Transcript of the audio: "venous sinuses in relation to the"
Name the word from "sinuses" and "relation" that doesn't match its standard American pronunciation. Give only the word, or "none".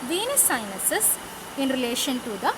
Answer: sinuses